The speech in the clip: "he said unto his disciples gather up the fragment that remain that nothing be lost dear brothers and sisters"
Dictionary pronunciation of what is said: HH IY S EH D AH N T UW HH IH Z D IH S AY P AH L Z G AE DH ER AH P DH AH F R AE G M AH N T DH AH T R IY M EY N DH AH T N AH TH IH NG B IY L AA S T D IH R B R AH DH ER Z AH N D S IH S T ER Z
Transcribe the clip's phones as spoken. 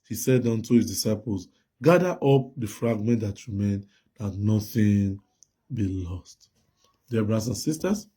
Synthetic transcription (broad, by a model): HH IY S EH D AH N T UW HH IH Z D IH S AY P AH L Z G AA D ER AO P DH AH F R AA G M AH N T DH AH T R IY M EY N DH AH T N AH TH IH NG B IY L AA S T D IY B R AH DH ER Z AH N S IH S T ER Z